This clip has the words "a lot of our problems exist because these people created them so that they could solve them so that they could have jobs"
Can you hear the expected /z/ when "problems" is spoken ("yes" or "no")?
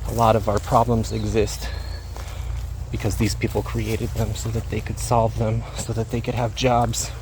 yes